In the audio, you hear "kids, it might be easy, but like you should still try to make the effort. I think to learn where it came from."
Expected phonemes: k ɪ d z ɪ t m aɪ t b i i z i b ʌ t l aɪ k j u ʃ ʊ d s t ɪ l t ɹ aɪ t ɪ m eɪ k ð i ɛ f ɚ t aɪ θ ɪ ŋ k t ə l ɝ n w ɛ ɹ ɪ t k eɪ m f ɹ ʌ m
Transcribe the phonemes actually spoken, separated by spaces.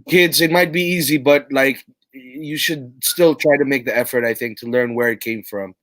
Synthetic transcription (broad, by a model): k ɪ d z ɪ t m aɪ t b i i z i b ʌ t l aɪ k j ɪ ʃ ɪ d s t ɪ l t ɹ aɪ t ɪ m eɪ k ð i ɛ f ɚ t aɪ θ ɪ ŋ k t ə l ɝ n w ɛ ɹ ɪ t k eɪ m f ɹ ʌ m